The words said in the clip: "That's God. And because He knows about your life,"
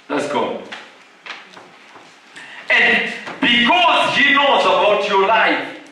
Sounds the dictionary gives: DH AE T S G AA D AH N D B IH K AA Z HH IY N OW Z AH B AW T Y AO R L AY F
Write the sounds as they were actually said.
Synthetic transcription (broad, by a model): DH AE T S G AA AH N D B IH K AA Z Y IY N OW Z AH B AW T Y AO L AY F